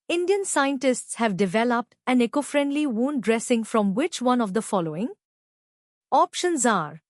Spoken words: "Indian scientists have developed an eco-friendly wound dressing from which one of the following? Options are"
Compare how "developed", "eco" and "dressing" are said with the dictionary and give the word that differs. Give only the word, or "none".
none